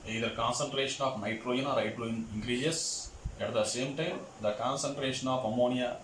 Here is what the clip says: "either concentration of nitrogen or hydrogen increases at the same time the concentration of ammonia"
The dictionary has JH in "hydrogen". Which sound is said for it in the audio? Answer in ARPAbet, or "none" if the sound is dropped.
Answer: none